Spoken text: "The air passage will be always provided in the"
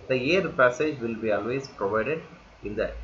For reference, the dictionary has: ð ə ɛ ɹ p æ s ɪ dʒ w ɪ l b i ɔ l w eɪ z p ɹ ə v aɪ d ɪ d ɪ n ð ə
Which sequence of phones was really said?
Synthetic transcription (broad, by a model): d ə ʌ ɹ p æ s ɪ dʒ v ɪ l b i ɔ l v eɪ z p ɹ ə v aɪ d ɪ d ɪ n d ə